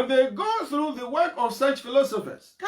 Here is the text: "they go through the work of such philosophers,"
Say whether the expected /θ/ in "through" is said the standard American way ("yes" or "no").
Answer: yes